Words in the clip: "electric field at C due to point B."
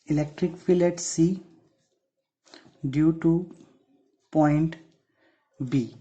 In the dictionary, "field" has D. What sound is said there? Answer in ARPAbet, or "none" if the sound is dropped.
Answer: none